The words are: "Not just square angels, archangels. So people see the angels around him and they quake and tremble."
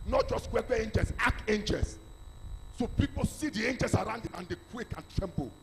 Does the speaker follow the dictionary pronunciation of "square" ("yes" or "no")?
no